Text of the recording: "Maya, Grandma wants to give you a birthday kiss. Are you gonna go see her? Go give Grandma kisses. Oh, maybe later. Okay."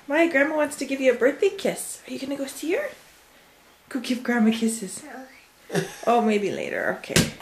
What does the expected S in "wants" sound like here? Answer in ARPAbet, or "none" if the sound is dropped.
S